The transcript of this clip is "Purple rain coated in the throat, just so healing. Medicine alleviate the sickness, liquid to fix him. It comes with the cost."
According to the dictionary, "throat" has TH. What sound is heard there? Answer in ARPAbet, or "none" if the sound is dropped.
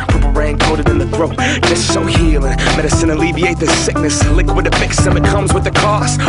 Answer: TH